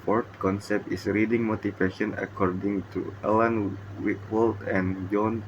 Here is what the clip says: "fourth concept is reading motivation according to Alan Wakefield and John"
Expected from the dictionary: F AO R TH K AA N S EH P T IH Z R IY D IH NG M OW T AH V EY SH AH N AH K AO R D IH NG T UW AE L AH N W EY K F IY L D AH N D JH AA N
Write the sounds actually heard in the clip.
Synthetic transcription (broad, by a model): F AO R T K AA N S EH P T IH S R IY D IH NG M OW T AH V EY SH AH N AH K AO R D IH NG T UW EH L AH N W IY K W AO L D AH N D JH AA N